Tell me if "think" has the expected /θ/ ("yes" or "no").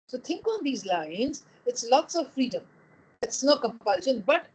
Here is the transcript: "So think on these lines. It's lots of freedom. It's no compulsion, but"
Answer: no